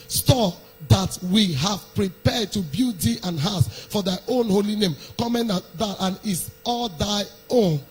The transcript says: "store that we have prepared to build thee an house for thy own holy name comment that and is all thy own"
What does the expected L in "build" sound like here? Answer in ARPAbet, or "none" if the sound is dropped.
none